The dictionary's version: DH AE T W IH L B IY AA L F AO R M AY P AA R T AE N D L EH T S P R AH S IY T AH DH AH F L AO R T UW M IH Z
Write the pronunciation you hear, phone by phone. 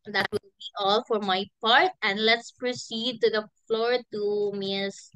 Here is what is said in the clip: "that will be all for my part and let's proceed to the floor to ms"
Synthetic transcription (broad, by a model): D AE T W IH L B IY AA L F AO R M AY P AA R T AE N D L EH T S P R AH S IY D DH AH F L AO R T UW M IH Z